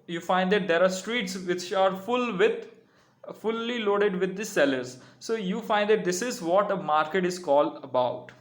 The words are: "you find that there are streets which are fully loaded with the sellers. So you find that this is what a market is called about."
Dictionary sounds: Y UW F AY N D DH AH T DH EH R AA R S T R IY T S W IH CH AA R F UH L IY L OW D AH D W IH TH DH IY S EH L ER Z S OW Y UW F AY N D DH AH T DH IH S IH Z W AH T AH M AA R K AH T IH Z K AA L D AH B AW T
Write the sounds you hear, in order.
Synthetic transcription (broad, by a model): Y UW F AY N D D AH T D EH R AA R S T R IY T S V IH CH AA R F UH L IY L OW D AH D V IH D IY S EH L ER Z S OW Y UW F AY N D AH T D IH S IH Z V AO T AH M AA R K AH T IH Z K AA L D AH B AW T